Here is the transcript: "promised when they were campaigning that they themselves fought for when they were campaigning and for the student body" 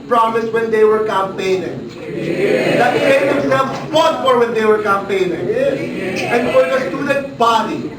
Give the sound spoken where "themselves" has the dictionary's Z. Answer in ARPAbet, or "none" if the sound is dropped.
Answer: none